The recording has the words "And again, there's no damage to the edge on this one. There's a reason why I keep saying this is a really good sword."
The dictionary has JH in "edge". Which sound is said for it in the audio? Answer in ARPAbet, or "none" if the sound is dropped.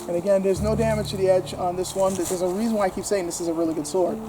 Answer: JH